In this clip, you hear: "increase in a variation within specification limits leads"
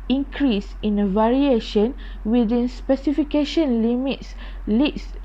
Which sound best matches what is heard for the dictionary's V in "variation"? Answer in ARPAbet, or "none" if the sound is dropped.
V